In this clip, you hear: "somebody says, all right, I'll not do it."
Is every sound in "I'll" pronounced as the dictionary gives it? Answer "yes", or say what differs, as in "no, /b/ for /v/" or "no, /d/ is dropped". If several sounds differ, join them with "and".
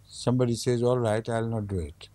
yes